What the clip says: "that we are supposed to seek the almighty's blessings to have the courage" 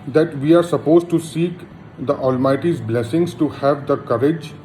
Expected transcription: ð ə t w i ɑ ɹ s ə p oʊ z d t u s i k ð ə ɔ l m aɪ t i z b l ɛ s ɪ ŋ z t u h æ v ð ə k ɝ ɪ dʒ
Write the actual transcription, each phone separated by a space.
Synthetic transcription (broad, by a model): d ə t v i ɑ ɹ s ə p oʊ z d t u s i k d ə ɔ l m aɪ t i z b l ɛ s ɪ ŋ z t u h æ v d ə k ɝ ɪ dʒ